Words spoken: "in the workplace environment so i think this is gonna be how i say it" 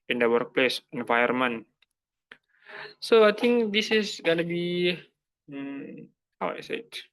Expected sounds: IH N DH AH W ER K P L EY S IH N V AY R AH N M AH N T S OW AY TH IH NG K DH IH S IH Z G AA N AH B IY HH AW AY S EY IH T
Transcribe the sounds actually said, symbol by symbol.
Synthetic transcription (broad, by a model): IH N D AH W ER K P L EY S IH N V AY AH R M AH N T S OW AY T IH NG K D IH S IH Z G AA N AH B IY HH AW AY S EY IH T